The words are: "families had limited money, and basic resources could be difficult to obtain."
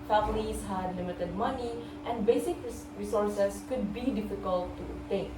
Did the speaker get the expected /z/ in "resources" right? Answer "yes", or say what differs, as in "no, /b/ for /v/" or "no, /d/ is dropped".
no, /s/ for /z/